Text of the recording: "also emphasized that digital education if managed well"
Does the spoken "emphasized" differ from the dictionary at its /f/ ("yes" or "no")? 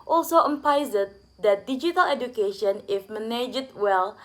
yes